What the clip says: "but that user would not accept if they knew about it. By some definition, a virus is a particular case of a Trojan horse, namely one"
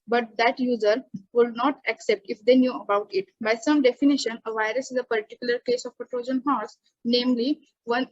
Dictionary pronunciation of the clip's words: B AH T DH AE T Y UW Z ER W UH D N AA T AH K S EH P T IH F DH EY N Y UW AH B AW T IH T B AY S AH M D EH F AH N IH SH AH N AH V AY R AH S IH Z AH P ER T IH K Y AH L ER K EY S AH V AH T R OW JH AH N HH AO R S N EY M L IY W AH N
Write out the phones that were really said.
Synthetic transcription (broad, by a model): B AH T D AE T Y UW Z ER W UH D N AA T AH K S EH P T IH F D EY N Y UW AH B AW T IH T B AY S AH M D EH F AH N IH SH AH N AH V AY R AH S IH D AH P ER T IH K Y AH L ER K EY S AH P AH T R OW JH AH N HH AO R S N EY M L IY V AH N